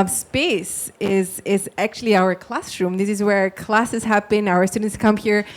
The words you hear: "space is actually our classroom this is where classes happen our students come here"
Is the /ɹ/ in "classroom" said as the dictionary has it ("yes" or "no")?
yes